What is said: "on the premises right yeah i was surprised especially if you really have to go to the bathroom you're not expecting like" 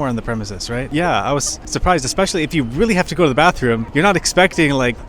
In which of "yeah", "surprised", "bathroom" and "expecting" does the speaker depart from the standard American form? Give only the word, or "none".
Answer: none